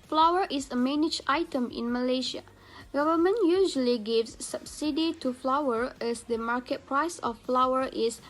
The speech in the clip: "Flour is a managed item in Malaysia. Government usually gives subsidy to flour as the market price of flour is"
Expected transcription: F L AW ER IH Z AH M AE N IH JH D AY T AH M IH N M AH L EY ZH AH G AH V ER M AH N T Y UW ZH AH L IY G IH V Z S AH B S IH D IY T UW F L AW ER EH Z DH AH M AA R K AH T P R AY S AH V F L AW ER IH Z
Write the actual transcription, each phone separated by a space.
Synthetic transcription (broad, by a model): F L AW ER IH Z AH M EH N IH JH AY T AH M IH N M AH L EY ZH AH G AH V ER M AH N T Y UW ZH AH L IY G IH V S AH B S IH D IY T UW F L AW ER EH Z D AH M AA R K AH T P R AY S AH F F L AW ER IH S